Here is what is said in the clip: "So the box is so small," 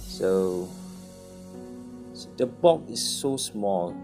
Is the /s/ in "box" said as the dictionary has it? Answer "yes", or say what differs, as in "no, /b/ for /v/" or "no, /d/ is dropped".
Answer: no, /s/ is dropped